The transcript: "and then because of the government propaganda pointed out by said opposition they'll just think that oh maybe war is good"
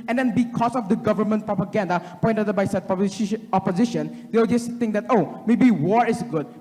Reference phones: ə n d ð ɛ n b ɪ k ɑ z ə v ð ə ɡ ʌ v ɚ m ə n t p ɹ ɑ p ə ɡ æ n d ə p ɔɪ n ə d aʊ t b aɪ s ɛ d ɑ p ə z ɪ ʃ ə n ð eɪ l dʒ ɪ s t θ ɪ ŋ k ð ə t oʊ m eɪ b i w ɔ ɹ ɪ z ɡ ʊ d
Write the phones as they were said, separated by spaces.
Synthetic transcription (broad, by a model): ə n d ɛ n b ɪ k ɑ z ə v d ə ɡ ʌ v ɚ m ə n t p ɹ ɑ p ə ɡ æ n d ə p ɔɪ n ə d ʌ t b aɪ s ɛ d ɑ p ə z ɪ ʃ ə n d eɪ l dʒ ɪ s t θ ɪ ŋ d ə t oʊ m eɪ b i w ɔ ɹ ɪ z ɡ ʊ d